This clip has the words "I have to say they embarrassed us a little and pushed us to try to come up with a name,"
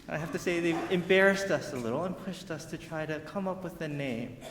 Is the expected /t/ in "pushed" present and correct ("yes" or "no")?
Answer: yes